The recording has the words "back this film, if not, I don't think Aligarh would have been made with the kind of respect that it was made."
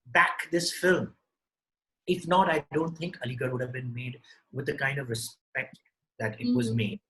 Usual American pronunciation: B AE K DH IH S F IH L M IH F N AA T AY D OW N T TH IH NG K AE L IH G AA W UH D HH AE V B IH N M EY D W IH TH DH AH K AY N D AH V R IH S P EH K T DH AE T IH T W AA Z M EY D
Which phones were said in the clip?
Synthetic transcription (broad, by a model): B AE K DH IH S F IH L M IH F N AA T AY D OW N T T IH NG K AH L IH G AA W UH D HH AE V B IH N M EY D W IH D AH K AY N D AH V R IH S P EH K T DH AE T IH T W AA Z M EY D